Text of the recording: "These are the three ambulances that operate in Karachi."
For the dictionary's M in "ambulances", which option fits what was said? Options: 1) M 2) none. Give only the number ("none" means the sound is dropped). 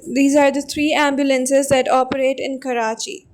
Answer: 1